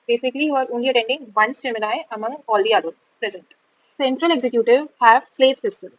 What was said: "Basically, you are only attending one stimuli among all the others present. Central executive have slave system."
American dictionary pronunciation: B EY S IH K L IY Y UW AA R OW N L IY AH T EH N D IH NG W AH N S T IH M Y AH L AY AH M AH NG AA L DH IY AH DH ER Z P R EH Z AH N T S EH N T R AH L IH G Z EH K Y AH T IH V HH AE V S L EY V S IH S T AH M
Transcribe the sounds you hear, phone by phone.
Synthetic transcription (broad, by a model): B EY S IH K L IY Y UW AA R OW N L IY AH T EH N D IH NG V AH N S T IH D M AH N AY AH M AH NG AA L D IY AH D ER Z P R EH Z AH N T S EH N T R AH L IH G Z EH K Y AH T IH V HH AE V S L EY V S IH S T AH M